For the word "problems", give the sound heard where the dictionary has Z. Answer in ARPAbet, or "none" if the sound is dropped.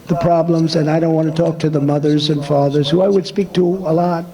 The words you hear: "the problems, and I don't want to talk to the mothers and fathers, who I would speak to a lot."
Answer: Z